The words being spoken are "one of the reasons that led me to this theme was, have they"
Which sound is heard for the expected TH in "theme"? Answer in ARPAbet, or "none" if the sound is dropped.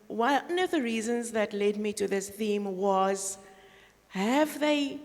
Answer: TH